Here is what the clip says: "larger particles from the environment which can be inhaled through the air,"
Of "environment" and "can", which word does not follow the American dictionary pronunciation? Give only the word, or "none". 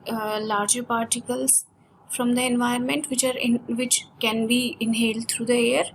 environment